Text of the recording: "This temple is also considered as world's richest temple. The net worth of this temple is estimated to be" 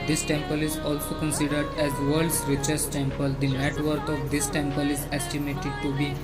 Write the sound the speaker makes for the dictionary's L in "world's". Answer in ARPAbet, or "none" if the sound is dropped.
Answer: none